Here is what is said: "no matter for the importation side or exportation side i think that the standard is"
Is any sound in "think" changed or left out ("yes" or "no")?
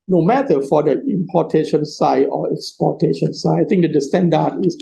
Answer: yes